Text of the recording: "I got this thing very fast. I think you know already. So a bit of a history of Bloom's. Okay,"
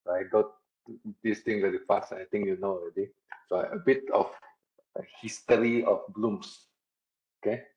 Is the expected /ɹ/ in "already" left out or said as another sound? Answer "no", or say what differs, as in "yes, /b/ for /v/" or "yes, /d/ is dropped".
yes, /ɹ/ is dropped